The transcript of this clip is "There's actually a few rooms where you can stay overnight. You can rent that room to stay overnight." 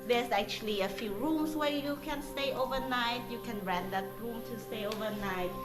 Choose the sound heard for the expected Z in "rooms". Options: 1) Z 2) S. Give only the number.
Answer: 2